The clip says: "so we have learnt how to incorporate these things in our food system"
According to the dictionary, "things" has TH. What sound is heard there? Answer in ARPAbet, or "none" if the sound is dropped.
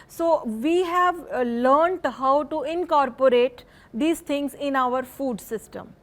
T